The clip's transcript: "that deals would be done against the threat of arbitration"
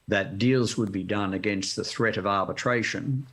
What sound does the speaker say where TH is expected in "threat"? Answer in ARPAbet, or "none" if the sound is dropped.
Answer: TH